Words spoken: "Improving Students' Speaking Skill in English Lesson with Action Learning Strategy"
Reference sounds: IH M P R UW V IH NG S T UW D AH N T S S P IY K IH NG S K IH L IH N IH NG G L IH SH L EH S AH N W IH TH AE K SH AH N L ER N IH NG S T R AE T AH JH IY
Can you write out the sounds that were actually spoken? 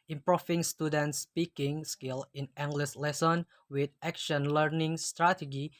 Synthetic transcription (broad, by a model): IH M P R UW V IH NG S T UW D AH N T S S P IY K IH NG S K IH L IH N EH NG G L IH S L EH S AH N W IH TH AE K SH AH N L ER N IH NG S T R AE T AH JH IY